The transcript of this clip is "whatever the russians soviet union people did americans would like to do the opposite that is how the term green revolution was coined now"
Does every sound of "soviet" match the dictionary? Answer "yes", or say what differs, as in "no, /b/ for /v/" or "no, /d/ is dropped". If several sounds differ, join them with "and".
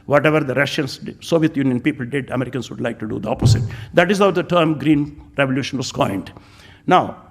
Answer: yes